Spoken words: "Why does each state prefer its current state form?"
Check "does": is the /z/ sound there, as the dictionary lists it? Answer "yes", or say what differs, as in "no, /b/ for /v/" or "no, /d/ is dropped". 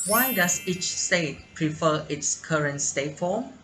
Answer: no, /s/ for /z/